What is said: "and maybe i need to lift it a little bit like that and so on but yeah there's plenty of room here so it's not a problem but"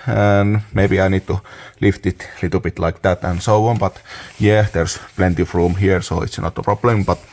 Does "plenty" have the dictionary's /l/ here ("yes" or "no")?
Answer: yes